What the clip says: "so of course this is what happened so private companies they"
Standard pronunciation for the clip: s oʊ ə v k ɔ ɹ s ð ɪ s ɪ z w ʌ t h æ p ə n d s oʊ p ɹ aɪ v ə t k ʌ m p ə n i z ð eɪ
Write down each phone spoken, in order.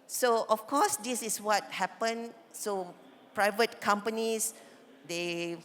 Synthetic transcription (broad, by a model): s oʊ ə f k ɔ s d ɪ s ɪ s w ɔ t h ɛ p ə n s oʊ p ɹ aɪ v ə t k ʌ m p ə n i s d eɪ